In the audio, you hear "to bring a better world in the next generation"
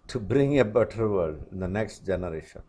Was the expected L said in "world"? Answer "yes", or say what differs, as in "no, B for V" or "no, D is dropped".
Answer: no, L is dropped